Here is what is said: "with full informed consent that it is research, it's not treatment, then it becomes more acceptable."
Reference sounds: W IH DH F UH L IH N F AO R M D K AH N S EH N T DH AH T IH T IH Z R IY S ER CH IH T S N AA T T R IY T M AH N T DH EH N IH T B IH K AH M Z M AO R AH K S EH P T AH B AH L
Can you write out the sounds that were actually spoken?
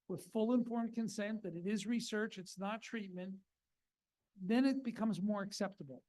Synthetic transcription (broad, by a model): W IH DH F UH L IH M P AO R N K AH N S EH N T DH AH T IH T IH Z R IY S ER CH IH T S N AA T T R IY T M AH N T DH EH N IH T B IH K AH M Z M AO R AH K S EH P T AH B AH L